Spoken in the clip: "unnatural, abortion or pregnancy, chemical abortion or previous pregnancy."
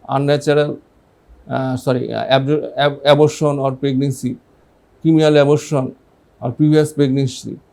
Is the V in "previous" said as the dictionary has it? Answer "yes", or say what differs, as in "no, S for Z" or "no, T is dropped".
no, B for V